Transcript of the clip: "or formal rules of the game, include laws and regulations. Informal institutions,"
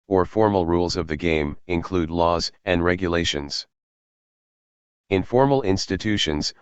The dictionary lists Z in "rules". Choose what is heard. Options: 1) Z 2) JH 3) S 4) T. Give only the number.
1